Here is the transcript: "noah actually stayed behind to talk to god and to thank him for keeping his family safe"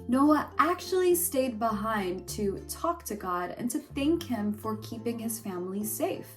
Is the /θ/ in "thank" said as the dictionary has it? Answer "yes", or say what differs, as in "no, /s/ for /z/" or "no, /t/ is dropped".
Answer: yes